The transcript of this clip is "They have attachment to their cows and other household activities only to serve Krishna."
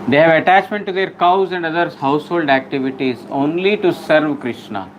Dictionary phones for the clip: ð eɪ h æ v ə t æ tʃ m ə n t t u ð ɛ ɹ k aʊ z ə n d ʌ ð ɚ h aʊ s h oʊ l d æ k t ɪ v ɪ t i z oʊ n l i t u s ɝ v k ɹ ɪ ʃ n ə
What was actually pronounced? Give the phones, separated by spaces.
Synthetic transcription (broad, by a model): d eɪ h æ v ə t æ tʃ m ə n t t u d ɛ ɹ k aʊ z ə n d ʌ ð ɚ h aʊ s h oʊ l d æ k t ɪ v ɪ t i z oʊ n l i t u s ɝ v k ɹ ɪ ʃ n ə